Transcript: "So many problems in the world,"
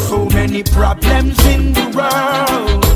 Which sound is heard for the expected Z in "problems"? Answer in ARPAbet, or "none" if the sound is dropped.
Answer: Z